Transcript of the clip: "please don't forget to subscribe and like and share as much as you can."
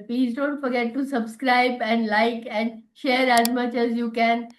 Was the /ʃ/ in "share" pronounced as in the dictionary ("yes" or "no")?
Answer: yes